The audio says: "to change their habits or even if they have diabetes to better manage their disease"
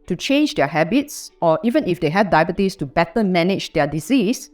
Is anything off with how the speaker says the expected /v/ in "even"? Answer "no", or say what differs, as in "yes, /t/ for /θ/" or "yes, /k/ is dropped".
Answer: no